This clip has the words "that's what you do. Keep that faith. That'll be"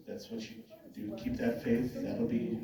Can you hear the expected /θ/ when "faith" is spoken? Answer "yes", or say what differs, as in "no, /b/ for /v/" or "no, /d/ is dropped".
yes